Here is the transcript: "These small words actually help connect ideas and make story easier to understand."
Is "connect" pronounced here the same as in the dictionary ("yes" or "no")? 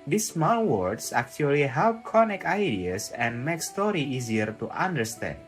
no